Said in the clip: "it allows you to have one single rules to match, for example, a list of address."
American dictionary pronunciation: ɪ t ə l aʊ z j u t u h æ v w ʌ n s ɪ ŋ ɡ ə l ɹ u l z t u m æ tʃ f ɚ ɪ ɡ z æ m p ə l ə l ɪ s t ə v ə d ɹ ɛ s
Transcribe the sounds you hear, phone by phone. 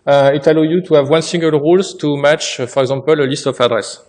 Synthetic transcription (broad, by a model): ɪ t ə l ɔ j u t u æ v w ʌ n s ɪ ŋ ɡ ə l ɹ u l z t u m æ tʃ f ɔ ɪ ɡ z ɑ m p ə l ə l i s t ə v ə d ɹ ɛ s